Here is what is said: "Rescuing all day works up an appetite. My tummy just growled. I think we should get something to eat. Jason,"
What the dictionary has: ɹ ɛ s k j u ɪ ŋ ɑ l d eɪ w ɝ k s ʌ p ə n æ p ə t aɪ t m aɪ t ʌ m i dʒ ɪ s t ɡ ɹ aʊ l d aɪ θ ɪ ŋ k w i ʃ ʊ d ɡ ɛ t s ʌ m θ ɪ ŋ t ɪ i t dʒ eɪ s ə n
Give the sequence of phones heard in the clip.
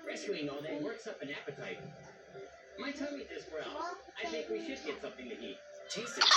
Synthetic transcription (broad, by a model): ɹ ɛ s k j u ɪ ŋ ɑ l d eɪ w ɝ k s ʌ p ə n æ p ə t aɪ t m aɪ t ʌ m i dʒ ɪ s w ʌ ɹ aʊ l aɪ θ ɪ ŋ k w i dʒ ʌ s ɡ ɛ t s ʌ m θ ɪ ŋ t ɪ i t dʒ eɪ s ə